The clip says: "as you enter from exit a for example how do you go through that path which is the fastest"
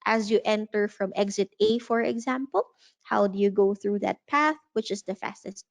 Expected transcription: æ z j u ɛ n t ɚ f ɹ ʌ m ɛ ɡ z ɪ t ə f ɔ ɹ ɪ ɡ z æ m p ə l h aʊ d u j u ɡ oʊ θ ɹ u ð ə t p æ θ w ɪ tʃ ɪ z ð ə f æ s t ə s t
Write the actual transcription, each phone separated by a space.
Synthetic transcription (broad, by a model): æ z j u ɛ n t ɚ f ɹ ʌ m ɛ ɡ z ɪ t ə f ɔ ɹ ɪ ɡ z æ m p ə l h aʊ d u j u ɡ oʊ θ ɹ u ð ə t p æ θ w ɪ tʃ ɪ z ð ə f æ s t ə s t